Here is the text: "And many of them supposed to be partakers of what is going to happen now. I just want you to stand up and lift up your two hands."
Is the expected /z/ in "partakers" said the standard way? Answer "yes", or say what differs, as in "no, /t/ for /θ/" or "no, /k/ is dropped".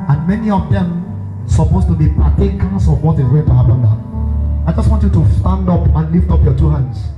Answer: no, /s/ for /z/